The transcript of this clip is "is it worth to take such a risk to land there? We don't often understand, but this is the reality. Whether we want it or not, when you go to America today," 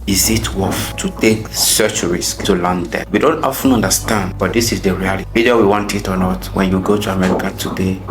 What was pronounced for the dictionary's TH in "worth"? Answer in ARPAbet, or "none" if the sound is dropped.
F